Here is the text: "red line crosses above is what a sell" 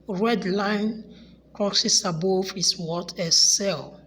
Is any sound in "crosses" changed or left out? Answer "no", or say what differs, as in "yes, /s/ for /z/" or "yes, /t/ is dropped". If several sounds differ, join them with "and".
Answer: yes, /s/ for /z/